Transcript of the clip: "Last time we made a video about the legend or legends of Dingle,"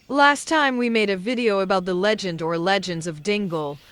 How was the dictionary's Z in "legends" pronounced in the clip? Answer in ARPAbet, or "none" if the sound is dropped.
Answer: Z